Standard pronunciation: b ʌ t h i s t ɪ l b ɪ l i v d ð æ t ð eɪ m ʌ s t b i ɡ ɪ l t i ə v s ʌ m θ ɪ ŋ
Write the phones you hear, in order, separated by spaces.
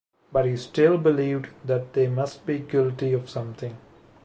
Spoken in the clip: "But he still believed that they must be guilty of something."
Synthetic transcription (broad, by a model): b ʌ t h i s t ɪ l b ɪ l i v d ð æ t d eɪ m ʌ s t b i ɡ ɪ l t i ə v s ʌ m t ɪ ŋ